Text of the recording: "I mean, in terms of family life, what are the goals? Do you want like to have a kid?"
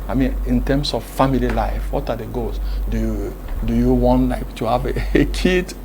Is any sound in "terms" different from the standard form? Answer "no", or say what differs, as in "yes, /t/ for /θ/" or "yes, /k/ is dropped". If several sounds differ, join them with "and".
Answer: yes, /s/ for /z/